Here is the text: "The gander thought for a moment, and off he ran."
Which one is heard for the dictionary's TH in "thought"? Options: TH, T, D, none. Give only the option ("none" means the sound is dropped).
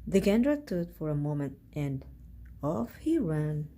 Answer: T